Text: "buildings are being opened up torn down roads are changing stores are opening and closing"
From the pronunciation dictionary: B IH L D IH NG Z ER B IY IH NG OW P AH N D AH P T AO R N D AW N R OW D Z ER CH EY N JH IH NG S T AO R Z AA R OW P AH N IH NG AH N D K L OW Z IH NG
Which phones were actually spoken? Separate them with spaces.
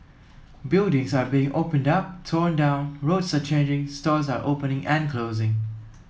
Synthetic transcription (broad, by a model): B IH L D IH NG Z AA B IY IH NG OW P AH N D AH P T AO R N D AW N R OW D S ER CH EY N JH IH NG S T AO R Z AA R OW P AH N IH NG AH N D K L OW Z IH NG